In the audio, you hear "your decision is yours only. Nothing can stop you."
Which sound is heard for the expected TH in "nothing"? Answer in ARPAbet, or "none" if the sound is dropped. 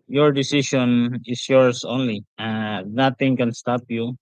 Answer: T